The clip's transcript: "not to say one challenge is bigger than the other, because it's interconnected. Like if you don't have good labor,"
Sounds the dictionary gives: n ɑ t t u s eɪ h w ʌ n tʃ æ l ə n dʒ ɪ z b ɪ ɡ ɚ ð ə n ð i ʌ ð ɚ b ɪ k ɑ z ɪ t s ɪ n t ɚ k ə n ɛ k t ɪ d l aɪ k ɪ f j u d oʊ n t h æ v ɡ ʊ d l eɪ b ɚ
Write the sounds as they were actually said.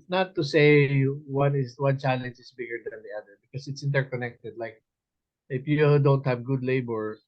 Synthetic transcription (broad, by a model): n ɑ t t u s eɪ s w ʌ n tʃ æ l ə n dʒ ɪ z b ɪ ɡ ɚ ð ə n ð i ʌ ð ɚ b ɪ k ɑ s ɪ t s ɪ n t ɚ k ə n ɛ k t ɪ d l aɪ k ɪ f j u d oʊ n t h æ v ɡ ʊ d l eɪ b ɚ